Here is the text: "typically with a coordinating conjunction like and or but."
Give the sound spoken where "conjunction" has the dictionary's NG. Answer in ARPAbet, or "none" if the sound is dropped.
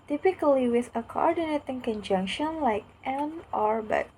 NG